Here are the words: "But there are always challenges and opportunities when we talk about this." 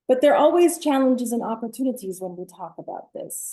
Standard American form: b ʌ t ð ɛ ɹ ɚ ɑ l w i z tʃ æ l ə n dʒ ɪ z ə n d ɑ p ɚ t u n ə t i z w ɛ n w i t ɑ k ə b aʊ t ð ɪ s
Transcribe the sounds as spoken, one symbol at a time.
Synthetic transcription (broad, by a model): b ʌ t ð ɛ ɹ ɑ l w i z tʃ æ l ə n dʒ ɪ z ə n ɑ p ɚ t u n ə t i z w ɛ n w i t ɑ k ə b aʊ t ð ɪ s